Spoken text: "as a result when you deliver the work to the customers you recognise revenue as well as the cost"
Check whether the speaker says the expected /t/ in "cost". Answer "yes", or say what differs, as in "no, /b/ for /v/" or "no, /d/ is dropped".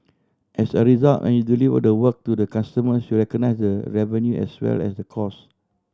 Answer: no, /t/ is dropped